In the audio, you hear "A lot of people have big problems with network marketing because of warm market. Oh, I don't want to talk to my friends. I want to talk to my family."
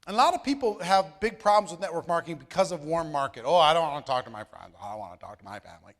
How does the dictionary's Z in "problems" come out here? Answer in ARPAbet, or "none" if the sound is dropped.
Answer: Z